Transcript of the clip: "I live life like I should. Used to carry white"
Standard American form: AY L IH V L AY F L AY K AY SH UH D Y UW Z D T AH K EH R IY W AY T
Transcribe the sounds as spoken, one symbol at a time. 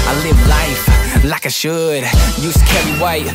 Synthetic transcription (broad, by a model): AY L IH V L AY F L AY K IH SH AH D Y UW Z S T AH K EH R IY W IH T